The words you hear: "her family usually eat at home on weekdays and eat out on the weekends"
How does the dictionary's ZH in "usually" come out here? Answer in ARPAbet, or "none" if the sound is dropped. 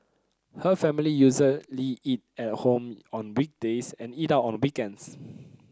Z